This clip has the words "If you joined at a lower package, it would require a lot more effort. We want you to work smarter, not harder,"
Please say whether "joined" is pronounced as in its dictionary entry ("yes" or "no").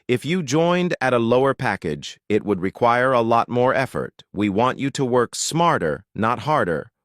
yes